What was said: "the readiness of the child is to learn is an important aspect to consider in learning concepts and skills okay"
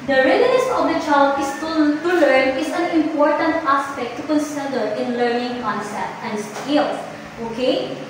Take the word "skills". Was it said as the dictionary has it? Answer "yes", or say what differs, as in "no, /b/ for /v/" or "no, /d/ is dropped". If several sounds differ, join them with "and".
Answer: no, /s/ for /z/